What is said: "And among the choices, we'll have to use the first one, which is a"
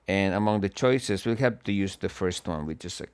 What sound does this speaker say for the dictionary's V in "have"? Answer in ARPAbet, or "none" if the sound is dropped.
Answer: P